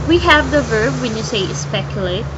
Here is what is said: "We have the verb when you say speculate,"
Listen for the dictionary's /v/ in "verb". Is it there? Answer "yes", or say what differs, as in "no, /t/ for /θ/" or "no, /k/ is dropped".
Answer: yes